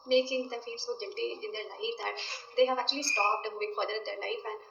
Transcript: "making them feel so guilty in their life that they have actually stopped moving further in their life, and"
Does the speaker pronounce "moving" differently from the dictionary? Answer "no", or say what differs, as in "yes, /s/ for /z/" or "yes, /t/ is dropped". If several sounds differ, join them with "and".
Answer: yes, /v/ is dropped